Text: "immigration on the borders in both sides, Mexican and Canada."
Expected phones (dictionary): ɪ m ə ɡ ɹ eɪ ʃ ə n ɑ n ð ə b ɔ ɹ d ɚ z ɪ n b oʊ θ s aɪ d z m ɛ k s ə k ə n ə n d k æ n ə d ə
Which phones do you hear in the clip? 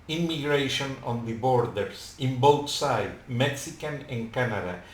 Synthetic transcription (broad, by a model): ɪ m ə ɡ ɹ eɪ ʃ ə n ɑ n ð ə b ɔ ɹ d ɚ s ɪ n b oʊ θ s aɪ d m ɛ k s ə k ə n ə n k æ n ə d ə